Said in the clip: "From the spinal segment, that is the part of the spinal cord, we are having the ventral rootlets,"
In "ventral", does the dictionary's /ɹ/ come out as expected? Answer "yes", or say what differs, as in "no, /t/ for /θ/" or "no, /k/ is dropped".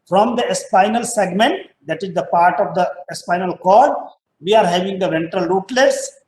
yes